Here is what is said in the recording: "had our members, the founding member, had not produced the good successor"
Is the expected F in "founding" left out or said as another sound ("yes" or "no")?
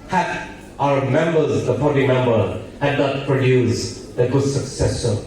yes